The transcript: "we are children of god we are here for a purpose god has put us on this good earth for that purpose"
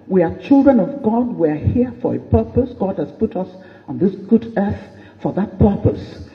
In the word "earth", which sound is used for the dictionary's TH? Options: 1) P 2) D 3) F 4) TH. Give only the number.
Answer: 4